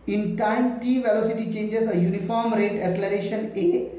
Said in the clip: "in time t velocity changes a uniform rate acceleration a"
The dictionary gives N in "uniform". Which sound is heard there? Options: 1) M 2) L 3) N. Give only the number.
3